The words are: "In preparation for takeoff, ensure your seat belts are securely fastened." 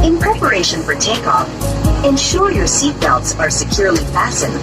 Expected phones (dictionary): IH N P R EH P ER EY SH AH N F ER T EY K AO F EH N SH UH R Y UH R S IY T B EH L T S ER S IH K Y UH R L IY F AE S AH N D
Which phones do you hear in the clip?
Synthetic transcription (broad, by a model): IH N P R EH P ER EY SH AH N F ER T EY K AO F EH N SH UH R Y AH R S IY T B EH L T S ER S IH K Y UH R L IY F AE S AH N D